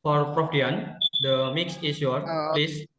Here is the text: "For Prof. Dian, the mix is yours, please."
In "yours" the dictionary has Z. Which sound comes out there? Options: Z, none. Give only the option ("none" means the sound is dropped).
none